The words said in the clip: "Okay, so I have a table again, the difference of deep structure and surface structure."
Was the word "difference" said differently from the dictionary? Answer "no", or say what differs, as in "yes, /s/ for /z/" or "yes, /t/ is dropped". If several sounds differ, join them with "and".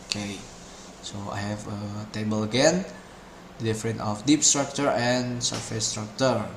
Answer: yes, /s/ is dropped